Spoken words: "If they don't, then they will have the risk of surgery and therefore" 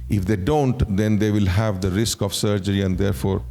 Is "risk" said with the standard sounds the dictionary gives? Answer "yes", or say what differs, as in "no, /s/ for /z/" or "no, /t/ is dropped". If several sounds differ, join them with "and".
yes